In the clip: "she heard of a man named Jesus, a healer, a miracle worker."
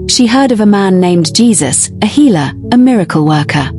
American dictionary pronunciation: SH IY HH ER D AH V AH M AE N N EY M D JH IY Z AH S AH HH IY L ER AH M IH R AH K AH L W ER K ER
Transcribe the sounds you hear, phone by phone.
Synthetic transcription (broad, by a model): SH IY HH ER D AH V AH M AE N N EY M JH IY Z AH S AH HH IY L ER AH M IH R AH K AH L W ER K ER